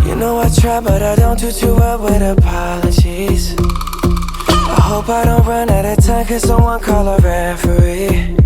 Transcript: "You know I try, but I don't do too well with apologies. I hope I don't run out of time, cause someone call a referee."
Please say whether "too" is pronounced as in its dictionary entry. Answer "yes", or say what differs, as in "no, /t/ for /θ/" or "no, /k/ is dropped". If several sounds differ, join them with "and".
yes